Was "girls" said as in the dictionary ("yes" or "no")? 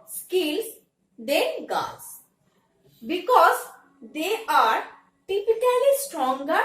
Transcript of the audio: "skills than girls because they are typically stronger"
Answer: no